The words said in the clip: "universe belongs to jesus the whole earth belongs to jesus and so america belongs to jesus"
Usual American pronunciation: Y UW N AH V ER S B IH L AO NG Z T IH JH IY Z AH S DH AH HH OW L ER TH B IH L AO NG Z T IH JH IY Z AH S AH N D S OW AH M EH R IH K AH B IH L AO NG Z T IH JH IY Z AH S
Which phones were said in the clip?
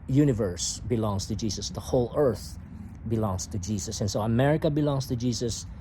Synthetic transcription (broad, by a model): Y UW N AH V ER S B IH L AO NG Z T IH JH IY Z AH S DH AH HH OW L ER TH B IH L AO NG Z T IH JH IY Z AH S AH N S OW AH M EH R IH K AH B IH L AO NG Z T IH JH IY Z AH S